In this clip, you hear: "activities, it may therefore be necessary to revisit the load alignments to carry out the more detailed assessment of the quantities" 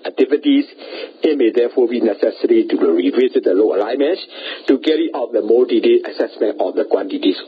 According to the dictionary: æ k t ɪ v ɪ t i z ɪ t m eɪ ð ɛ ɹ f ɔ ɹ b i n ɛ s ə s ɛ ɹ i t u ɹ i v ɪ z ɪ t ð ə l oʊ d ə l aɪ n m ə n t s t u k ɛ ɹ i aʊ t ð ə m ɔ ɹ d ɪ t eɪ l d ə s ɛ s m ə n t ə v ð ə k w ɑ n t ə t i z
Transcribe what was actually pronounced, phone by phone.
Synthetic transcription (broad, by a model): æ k t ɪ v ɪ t i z ɪ t m eɪ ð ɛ f ɔ b i n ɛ s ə s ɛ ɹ i t u ɹ i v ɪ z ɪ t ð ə l oʊ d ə l aɪ m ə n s t u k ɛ ɹ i aʊ t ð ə m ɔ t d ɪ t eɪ ə s ɛ s m ə n t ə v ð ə k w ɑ n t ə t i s